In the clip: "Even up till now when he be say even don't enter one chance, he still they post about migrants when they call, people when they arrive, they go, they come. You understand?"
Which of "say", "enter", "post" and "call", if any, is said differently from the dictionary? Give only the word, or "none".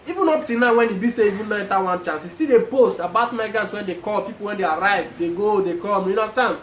enter